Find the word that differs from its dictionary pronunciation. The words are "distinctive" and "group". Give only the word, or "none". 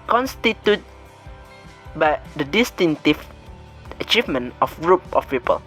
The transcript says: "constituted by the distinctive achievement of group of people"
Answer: distinctive